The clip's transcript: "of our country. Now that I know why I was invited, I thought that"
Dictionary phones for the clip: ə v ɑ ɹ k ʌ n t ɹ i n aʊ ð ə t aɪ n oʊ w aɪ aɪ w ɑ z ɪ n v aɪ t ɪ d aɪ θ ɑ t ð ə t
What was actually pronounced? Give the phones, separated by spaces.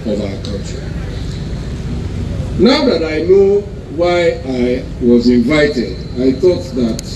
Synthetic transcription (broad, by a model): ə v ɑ k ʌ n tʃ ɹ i n aʊ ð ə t aɪ n oʊ w aɪ aɪ w ɑ z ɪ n v aɪ t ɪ d aɪ θ ɑ t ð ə t